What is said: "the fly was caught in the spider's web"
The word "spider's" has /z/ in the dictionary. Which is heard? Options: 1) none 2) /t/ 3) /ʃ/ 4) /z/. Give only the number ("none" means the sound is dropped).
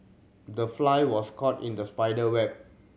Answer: 1